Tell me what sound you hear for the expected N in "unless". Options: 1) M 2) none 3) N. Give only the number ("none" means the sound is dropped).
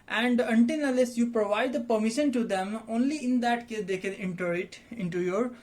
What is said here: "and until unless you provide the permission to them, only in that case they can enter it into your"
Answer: 2